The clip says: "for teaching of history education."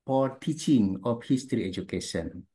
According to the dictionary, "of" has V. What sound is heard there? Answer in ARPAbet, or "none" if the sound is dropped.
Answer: P